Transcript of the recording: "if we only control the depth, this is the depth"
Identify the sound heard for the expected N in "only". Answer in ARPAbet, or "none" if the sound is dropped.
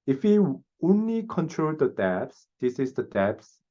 N